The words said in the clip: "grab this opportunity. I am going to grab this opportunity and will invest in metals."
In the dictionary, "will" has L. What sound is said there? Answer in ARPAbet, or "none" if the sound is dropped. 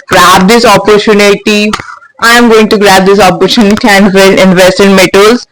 N